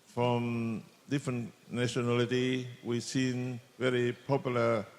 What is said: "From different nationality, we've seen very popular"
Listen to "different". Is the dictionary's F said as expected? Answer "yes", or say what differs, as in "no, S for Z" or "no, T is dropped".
yes